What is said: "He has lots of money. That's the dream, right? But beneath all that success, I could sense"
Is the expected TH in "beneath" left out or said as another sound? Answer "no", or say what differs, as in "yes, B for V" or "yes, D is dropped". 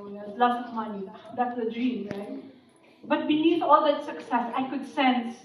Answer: yes, T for TH